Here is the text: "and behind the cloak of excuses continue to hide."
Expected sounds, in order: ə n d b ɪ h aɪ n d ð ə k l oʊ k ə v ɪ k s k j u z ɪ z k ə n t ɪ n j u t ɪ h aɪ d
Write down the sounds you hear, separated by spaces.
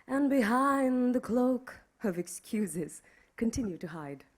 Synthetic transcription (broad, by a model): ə n b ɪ h aɪ n ð ə k l oʊ k ə v ɪ k s k j u z ɪ z k ə n t ɪ n j u t ɪ h aɪ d